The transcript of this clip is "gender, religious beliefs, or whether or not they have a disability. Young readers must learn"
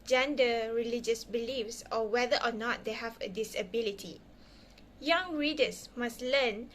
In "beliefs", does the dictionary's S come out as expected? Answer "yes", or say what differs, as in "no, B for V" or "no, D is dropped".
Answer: yes